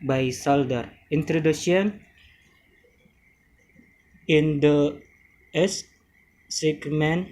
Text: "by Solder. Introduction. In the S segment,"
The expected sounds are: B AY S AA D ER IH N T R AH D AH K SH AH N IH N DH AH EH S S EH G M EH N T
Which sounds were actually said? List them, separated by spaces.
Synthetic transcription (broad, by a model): B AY S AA D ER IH N T R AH D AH SH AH N IH N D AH EH S S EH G M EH N